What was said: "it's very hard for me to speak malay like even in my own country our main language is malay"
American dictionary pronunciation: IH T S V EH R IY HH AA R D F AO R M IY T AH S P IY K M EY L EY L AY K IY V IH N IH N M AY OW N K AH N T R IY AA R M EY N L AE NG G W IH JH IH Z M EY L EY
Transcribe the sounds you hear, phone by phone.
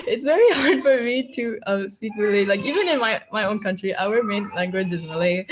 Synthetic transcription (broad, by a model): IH T S V EH R IY HH AA R D F AO R M IY T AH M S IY K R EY L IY L AY K IY V IH N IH N M AY OW N K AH N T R IY AA W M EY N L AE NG G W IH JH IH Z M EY L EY